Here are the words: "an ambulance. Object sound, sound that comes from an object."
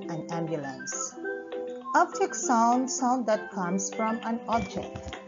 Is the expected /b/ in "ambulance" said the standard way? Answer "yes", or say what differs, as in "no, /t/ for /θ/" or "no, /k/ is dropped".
yes